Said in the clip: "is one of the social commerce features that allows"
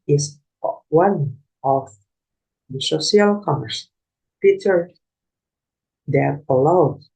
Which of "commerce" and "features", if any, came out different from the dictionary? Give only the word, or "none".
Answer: features